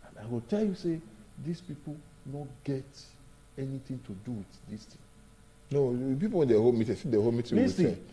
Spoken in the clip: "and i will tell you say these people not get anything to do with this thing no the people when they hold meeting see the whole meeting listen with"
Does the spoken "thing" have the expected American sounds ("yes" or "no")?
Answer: no